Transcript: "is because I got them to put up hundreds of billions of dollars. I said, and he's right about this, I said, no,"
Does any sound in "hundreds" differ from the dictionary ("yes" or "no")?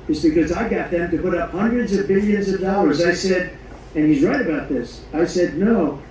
no